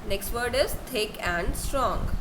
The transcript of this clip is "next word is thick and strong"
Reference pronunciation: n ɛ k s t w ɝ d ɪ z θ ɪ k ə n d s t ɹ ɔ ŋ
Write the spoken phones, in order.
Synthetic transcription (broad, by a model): n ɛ k s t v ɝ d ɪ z t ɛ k ə n d s t ɹ ɔ ŋ